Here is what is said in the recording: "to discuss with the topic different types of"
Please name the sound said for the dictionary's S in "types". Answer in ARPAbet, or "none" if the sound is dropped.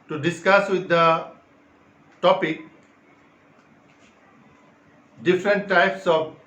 S